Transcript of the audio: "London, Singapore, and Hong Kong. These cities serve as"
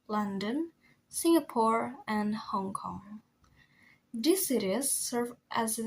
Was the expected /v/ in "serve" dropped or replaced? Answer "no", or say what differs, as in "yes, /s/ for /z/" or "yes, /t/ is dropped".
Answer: no